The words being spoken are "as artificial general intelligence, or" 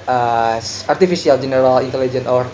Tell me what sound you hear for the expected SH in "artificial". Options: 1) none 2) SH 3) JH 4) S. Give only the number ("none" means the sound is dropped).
4